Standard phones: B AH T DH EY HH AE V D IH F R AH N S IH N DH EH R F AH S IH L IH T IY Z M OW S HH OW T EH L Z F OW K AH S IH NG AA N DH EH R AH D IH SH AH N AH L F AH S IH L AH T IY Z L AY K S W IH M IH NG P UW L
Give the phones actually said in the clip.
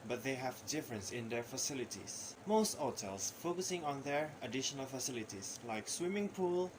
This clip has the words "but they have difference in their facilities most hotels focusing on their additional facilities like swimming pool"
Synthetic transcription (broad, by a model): B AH T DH EY HH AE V D IH F R AH N S IH N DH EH R F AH S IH L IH T IY S M OW S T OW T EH L S F OW K AH S IH NG AA N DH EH R AH D IH SH AH N AH L F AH S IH L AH T IY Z L AY K S W IH M IH NG P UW L